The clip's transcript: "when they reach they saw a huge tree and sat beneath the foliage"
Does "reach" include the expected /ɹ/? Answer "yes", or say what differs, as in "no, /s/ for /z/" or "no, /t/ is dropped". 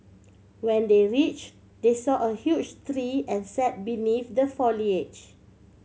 yes